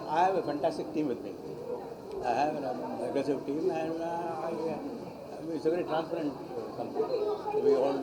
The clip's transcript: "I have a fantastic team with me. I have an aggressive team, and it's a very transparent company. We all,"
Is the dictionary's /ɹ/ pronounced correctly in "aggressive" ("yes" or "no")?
no